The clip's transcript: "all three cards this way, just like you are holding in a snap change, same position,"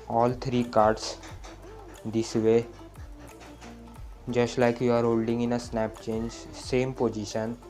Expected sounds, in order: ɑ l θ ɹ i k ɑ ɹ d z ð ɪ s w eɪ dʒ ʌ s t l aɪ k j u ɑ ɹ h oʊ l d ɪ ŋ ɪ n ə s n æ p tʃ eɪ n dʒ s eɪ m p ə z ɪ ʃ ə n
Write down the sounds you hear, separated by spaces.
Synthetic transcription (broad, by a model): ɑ l t ɹ i k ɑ ɹ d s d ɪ s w eɪ dʒ ʌ s t l aɪ k j u ɑ ɹ h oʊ l d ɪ ŋ ɪ n ə s n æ p tʃ eɪ n dʒ s eɪ m p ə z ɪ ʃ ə n